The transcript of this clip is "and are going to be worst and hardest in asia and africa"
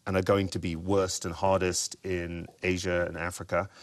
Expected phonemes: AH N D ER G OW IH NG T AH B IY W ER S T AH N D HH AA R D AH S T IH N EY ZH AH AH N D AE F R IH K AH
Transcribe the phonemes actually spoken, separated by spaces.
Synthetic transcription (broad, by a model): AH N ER G OW IH NG T AH B IY W ER S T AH N HH AA R D AH S T IH N EY ZH AH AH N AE F R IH K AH